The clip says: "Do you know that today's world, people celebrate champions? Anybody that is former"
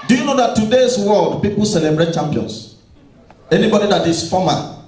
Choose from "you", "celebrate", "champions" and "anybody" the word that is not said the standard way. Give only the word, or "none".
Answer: champions